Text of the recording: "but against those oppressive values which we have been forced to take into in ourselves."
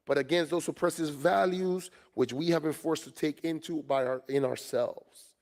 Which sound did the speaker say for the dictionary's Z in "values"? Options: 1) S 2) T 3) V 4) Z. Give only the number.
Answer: 4